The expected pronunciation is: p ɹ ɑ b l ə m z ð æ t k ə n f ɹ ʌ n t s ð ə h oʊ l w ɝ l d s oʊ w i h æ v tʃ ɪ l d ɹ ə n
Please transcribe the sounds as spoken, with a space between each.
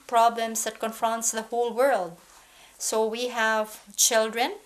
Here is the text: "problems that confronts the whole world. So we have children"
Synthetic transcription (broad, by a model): p ɹ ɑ b l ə m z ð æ t k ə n f ɹ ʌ n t s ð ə h oʊ l w ɝ l d s oʊ w i h æ v tʃ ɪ l d ɹ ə n